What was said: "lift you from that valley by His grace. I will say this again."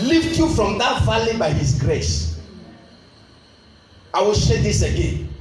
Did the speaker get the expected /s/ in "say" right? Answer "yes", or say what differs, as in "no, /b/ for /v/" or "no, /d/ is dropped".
no, /ʃ/ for /s/